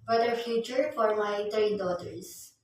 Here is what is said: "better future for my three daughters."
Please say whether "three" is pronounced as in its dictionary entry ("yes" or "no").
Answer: no